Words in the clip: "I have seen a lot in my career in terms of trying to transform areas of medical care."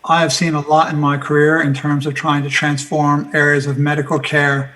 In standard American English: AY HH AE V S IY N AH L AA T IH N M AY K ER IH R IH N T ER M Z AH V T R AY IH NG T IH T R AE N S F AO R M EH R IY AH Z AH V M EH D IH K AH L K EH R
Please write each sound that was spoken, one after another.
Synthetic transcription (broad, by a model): AY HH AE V S IY N AH L AA T IH N M AY K ER IH R IH N T ER M Z AH V T R AY IH NG T IH T R AE N S F AO R M EH R IY AH Z AH V M EH D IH K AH L K EH R